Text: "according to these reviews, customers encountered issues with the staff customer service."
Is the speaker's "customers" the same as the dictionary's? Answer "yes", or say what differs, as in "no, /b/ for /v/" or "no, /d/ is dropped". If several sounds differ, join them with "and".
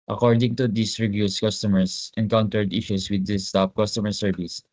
no, /s/ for /z/